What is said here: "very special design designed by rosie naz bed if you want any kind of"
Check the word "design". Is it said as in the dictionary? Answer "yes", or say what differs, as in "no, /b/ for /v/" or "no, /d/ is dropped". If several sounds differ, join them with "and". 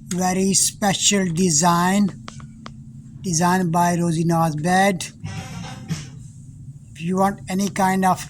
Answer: yes